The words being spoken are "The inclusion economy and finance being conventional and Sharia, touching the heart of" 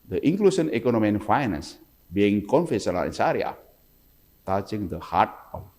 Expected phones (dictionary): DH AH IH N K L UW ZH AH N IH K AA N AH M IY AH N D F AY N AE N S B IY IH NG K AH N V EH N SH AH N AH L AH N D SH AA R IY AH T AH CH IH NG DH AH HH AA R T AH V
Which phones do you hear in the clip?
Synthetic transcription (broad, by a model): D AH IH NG K L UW S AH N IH K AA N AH M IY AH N F AY N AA N S B IY IH NG K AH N F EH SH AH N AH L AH N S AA R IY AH T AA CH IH NG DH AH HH AA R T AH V